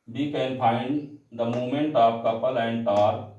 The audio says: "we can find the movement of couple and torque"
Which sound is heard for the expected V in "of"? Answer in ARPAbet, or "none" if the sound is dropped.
P